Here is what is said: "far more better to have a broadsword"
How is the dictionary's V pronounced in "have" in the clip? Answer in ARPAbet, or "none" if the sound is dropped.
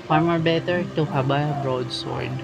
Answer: B